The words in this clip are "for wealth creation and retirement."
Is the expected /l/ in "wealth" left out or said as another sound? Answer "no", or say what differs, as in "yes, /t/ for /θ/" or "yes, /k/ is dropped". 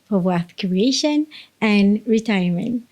yes, /l/ is dropped